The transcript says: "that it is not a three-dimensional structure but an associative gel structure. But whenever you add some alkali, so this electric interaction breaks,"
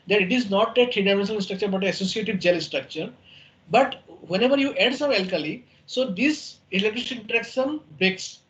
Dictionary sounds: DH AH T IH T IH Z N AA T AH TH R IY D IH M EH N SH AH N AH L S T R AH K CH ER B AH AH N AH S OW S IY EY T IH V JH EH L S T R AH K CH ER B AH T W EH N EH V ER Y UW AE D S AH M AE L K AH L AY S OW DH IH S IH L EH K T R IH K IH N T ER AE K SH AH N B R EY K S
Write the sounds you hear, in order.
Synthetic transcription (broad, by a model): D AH T IH T IH Z N AA T AH T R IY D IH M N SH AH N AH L S T R AH K CH ER B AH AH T AH S OW S IY EY T IH V JH EH L S T R AH K CH ER B AH T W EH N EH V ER Y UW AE D S AH M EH L K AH L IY S OW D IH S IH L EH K T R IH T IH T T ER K S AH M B R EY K S